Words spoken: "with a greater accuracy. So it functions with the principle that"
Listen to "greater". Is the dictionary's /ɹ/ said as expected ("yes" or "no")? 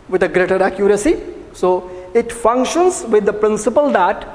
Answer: yes